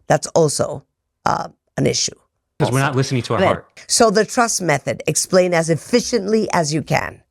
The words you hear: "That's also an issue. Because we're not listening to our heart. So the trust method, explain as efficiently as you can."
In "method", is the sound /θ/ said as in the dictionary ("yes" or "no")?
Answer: yes